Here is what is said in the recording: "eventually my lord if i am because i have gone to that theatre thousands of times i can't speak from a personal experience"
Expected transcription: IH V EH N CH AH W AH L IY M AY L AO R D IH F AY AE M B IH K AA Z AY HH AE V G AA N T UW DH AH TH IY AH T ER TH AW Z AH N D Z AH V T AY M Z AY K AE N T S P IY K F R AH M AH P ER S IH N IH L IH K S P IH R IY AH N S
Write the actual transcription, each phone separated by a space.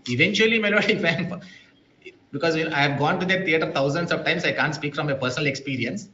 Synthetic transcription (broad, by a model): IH V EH N CH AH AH L IY M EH N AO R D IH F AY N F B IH K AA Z AY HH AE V G AA N T UW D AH T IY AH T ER T AW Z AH N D S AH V T AY M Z AY K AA N T S P IY K F R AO M AH P ER S IH N IH L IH K S P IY R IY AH N S